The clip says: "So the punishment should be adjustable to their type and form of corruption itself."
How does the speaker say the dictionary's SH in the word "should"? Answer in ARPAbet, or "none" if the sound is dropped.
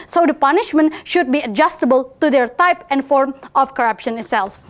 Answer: SH